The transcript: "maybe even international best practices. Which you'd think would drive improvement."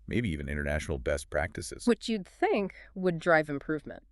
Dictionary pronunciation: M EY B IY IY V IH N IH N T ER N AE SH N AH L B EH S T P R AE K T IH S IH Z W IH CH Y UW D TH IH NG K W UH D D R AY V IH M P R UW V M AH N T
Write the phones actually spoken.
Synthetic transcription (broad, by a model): M EY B IY IY V IH N IH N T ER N AE SH N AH L B EH S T P R AE K T IH S IH Z W IH CH Y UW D TH IH NG K W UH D D R AY V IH M P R UW V M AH N T